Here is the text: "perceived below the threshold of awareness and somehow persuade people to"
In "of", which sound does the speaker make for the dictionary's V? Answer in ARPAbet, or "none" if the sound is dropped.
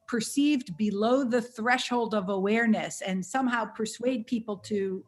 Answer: V